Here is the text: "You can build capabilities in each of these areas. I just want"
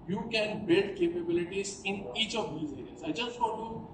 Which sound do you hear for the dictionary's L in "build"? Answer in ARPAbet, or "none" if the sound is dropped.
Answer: none